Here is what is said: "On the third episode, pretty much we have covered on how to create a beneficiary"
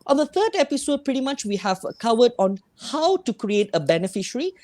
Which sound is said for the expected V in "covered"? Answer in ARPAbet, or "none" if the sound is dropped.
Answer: W